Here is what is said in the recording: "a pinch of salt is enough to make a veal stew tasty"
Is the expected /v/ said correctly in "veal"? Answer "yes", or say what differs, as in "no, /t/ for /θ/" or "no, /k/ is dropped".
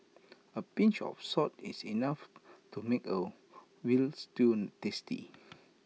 no, /w/ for /v/